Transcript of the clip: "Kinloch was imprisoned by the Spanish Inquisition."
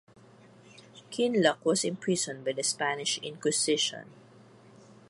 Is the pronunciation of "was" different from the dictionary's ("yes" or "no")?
yes